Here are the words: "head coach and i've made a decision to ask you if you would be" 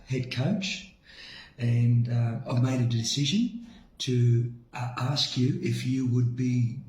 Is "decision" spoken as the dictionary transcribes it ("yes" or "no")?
yes